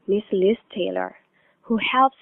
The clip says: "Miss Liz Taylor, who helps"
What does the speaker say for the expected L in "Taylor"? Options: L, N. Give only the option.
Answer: L